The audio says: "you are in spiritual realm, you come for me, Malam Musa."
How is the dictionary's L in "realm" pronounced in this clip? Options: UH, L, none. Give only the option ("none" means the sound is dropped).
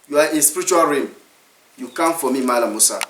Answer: none